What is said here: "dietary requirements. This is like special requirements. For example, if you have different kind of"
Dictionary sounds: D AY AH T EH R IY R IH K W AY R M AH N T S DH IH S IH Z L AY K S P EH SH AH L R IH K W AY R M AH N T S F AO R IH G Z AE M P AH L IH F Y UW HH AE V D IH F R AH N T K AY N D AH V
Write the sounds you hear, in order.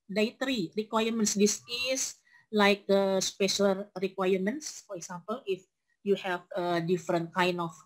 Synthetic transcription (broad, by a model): D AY T R IY R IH K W AY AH M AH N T S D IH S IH S L AY K S P EH SH AH L R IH K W AY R M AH N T S F AO R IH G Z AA M P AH L IH F Y UW HH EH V D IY F R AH N T K AY N AH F